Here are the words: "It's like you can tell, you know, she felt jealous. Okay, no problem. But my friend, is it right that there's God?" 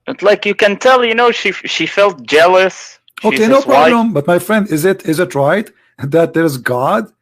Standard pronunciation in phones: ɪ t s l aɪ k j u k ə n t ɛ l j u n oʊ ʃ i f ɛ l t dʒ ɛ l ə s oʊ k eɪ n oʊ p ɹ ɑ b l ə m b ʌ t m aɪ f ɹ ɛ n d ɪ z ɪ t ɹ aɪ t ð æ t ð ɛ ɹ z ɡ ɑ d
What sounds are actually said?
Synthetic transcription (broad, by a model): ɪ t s l aɪ k j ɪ k ə n t ɛ l j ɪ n oʊ ʃ i f ɛ l t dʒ ɛ l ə s oʊ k eɪ n oʊ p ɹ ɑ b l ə m b ʌ t m aɪ f ɹ ɛ n d ɪ z ɪ t ɹ aɪ t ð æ t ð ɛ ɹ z ɡ ɑ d